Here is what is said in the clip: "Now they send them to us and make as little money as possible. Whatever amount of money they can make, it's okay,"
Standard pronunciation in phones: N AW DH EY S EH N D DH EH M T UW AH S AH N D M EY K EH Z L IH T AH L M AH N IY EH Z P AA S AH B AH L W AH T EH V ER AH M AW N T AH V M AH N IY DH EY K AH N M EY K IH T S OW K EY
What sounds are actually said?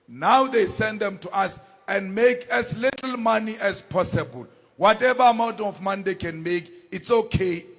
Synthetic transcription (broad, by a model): N AW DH EY S EH N D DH EH M T UW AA S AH N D M EY K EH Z L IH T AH L M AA N IY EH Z P AA S AH B AH L W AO T EH V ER AH M AW N T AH F M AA N IY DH EY K AH N M EY K IH T S OW K EY